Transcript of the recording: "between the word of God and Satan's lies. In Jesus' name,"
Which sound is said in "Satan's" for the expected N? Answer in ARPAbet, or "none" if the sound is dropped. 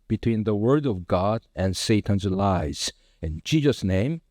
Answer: N